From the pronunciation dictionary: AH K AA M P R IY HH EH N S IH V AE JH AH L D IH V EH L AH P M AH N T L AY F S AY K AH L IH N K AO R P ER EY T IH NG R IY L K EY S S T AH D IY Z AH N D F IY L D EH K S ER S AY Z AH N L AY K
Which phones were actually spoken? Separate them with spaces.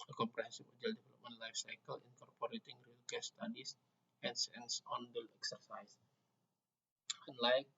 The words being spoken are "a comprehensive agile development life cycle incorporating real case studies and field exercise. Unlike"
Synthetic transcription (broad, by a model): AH K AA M P R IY HH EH N S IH F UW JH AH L D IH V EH L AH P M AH N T L AY F S AY K AH L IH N K AO R P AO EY T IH NG R IY L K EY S S T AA D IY S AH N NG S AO N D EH K S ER S AY S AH N L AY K